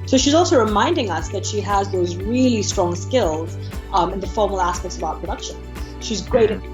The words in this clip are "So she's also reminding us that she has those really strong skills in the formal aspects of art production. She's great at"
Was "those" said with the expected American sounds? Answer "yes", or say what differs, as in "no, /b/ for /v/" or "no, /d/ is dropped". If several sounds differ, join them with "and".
yes